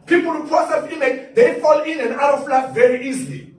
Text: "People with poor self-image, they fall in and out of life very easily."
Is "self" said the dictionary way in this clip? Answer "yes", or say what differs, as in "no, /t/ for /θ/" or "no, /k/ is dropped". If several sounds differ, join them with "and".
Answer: no, /l/ is dropped